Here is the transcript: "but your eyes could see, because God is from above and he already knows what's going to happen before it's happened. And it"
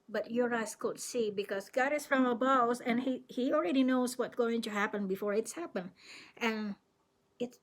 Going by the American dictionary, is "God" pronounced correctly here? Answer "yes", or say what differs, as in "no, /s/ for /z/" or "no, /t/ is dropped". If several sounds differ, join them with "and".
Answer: yes